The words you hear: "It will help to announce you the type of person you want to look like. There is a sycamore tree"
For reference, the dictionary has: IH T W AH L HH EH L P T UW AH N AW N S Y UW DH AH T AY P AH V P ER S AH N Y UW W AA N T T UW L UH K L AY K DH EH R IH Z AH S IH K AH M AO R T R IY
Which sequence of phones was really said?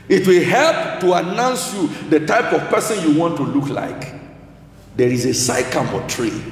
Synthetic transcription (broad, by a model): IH T W AH L HH EH L P T UW AH N AW N S Y UW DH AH T AY P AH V P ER S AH N Y UW W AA N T T UW L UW K L AY K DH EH R IH Z AH S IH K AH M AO T R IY